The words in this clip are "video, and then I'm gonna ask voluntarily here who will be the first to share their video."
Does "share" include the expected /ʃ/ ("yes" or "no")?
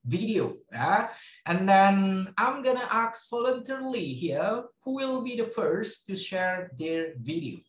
yes